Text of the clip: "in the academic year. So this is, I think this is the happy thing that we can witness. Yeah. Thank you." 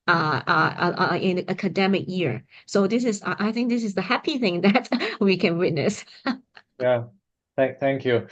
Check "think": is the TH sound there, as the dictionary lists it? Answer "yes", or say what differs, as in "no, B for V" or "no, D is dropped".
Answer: yes